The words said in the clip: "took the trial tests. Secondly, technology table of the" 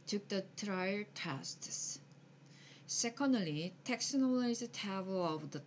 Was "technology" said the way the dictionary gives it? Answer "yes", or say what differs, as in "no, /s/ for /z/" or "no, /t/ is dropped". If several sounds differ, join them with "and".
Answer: no, /dʒ/ is dropped